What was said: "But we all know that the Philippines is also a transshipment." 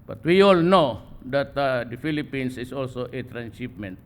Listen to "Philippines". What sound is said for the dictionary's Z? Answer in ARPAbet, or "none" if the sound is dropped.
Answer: S